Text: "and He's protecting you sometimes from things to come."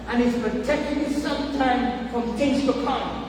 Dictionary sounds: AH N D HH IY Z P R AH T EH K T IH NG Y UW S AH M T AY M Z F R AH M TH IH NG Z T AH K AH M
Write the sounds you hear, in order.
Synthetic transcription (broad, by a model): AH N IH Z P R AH T EH K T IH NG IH S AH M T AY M F R AH M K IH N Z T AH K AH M